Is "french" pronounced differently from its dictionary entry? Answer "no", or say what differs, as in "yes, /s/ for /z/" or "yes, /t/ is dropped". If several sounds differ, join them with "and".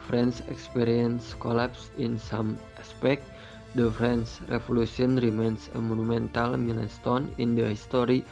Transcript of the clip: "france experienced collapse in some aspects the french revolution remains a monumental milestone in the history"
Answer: yes, /s/ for /tʃ/